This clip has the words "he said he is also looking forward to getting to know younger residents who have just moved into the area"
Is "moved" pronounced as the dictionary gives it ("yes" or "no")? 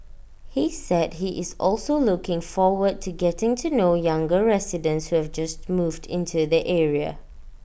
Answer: yes